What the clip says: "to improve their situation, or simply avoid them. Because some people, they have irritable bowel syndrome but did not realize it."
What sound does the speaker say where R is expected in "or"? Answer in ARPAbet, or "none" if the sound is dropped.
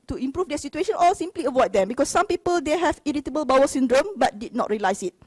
L